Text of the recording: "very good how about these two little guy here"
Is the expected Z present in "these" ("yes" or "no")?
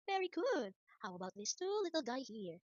no